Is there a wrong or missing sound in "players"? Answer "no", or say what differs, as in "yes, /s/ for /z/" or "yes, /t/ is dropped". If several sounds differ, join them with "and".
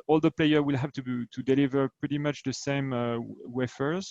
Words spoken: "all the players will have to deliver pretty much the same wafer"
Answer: yes, /z/ is dropped